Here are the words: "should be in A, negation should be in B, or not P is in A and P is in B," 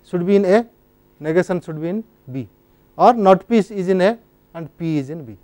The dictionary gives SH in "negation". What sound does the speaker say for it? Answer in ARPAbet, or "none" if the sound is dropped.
S